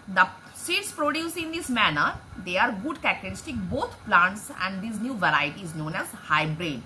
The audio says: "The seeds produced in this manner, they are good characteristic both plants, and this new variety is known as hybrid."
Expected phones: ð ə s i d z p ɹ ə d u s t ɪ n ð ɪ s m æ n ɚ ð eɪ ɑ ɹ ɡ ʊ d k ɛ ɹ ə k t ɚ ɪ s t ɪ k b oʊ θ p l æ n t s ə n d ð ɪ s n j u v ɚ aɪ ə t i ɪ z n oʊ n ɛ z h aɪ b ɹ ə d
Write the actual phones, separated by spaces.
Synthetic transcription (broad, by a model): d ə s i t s p ɹ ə d u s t ɪ n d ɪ s m æ n ɚ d eɪ ɑ ɹ ɡ ʊ d k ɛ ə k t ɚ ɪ s t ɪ k b oʊ t p l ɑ n t s ə n d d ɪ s n j u v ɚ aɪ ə t i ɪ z n oʊ n ɛ z h aɪ b ɹ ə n